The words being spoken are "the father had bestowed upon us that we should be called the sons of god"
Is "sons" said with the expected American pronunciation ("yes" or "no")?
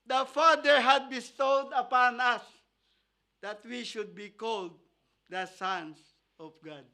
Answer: no